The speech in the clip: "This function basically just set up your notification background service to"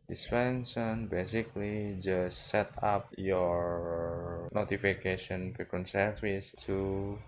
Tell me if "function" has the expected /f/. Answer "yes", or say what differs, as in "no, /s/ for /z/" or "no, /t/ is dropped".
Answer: no, /p/ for /f/